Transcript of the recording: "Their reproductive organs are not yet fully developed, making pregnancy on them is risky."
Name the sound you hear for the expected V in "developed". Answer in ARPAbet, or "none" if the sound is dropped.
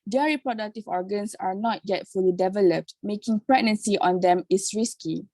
V